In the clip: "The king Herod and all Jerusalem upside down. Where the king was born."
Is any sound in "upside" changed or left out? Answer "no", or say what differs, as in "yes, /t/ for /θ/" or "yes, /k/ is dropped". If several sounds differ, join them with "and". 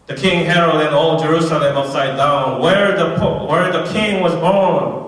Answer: yes, /p/ is dropped